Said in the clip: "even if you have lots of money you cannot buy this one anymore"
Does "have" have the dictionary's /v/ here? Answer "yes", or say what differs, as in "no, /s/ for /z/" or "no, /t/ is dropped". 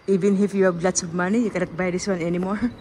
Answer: no, /b/ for /v/